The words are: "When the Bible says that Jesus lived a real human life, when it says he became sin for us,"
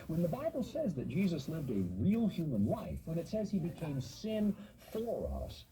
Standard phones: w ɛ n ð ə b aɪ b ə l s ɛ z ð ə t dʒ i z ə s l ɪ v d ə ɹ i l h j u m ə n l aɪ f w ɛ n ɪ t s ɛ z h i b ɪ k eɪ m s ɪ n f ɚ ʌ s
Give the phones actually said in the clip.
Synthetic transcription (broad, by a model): w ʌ n ð ə b aɪ b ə l s ɛ z ð ə t dʒ i z ə s l ɪ v d ə ɹ i l h j u m ə n l aɪ f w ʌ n ɪ t s ɛ z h i b ɪ k eɪ m s ɪ n f ɚ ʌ s